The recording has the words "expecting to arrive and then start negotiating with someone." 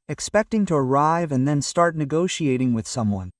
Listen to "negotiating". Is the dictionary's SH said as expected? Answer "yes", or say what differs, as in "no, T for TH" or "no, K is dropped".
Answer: yes